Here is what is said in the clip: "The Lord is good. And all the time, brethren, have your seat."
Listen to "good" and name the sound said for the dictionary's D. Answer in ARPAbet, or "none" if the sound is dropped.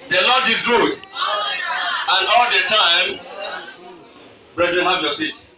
none